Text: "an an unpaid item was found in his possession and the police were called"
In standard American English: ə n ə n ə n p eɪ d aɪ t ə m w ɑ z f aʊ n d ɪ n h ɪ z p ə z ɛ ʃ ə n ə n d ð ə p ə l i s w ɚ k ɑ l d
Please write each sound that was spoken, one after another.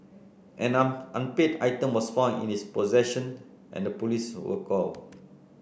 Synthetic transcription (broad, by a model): ə n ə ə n p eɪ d aɪ t ə m w ɑ s f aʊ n ɪ n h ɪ s p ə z ɛ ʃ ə n ə n d ə p ə l i s w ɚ k ɑ l